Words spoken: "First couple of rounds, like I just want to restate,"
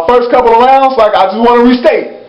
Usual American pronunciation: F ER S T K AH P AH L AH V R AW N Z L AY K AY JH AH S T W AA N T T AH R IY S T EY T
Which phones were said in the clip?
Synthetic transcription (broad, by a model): F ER S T K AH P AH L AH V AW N S L AY K AY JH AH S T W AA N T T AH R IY S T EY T